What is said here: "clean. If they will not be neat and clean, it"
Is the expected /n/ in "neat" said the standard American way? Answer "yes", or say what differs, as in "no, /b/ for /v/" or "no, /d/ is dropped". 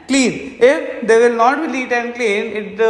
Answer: no, /l/ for /n/